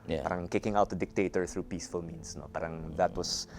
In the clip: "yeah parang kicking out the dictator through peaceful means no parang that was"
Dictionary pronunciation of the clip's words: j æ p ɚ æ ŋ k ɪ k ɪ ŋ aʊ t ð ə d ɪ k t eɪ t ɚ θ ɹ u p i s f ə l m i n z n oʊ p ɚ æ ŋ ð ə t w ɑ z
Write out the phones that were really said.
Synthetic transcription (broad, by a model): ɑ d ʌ ŋ k ɪ k ɪ ŋ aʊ t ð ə d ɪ k t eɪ t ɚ θ ɹ u p i s f ə l m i n s n oʊ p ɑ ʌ ŋ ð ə t w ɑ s